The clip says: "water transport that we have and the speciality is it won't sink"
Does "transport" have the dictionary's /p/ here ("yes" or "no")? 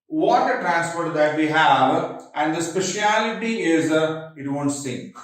no